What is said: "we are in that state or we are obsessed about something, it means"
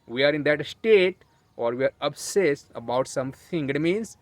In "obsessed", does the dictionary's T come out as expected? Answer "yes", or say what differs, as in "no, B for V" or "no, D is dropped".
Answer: no, T is dropped